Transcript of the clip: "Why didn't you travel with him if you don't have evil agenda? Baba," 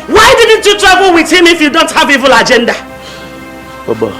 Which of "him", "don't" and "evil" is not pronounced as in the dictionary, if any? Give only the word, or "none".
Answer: none